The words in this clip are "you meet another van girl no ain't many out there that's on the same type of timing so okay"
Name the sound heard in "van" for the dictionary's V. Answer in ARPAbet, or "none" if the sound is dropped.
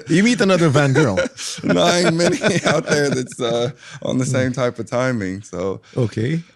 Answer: V